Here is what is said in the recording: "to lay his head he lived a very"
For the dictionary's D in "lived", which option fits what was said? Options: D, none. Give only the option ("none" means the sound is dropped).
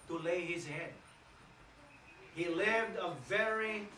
D